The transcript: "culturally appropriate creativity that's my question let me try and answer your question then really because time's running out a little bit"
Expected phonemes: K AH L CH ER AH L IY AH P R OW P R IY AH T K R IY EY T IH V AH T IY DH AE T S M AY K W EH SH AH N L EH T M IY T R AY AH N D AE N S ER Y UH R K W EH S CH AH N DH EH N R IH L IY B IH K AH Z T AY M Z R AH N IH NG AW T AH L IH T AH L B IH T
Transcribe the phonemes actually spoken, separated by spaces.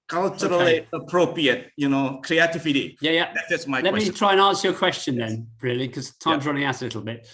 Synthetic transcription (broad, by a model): K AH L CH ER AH L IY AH P R OW P R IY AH T K R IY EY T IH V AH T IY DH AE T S M AY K L EH T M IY T R AY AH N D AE N S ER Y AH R K W EH S CH AH N DH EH N R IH IY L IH K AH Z T AY M Z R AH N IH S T AH L IH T L B IH T